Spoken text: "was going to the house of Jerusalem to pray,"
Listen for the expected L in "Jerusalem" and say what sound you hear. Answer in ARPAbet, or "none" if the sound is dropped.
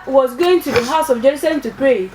none